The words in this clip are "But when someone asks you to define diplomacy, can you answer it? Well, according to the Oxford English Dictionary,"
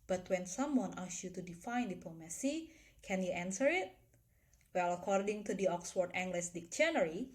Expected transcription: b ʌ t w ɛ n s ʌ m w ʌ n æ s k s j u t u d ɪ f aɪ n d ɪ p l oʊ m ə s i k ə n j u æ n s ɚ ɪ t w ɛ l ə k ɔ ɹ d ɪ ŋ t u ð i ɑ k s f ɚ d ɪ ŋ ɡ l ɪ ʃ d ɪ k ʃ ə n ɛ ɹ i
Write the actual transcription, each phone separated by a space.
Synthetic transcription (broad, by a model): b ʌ t w ɛ n s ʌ m w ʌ n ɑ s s j u t u d ɪ f aɪ n d ɪ p l oʊ m ə s i k ə n j u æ n s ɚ ɪ t w ɛ l ə k ɔ ɹ d ɪ ŋ t u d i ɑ k s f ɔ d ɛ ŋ ɡ l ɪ s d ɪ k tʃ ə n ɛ ɹ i